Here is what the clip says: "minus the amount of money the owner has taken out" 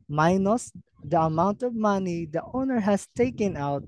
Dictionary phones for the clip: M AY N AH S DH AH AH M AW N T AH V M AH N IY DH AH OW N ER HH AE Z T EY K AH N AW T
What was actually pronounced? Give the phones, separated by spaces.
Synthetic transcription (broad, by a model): M AY N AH S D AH AH M AW N T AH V M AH N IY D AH OW N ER HH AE S T EY K AH N AW T